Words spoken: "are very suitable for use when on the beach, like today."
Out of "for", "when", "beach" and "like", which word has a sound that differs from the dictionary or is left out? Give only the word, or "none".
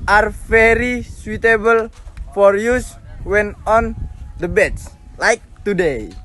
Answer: beach